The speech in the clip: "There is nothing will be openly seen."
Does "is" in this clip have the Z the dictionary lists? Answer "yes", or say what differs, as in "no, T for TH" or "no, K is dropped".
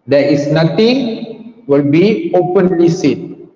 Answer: no, S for Z